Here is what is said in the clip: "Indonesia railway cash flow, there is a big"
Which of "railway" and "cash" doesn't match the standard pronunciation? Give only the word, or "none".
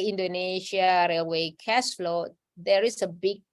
cash